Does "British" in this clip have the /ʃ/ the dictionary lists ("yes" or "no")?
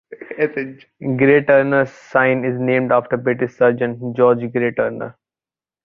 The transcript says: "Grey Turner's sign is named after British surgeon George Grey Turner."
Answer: no